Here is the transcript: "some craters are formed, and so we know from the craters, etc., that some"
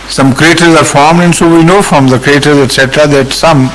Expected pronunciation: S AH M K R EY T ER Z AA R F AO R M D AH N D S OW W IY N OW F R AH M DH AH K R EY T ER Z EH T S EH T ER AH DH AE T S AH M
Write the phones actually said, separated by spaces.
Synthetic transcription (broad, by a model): S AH M K R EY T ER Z AA R F AO R M D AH N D S OW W IY N OW F R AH M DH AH K R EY T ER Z EH T S EH T ER AH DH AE T S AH M